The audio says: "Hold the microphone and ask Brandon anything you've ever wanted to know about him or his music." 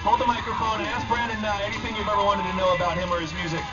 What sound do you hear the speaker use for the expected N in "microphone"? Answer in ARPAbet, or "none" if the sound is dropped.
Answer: none